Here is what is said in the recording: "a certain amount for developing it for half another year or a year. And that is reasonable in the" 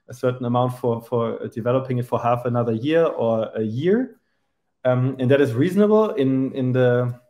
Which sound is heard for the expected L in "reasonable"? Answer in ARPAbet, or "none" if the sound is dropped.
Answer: N